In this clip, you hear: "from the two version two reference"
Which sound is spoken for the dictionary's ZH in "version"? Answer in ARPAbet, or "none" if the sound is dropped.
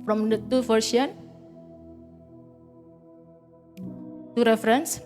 S